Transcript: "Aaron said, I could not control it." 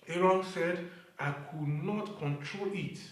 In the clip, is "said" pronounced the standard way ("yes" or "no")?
yes